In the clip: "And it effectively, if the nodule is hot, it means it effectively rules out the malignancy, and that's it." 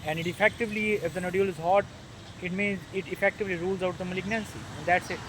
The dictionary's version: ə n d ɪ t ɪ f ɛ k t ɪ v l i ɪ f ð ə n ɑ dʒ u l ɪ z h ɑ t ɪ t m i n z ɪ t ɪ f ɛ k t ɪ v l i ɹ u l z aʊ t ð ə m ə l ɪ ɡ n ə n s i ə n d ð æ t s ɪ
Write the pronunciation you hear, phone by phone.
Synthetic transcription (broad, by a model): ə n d ɪ t ɪ f ɛ k t ɪ v l i ɪ f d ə n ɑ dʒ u l ɪ z h ɑ t ɪ t m i n z ɪ t ɪ f ɛ k t ɪ v l i ɹ u l z aʊ t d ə m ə l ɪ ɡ n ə n s i ə n d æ t s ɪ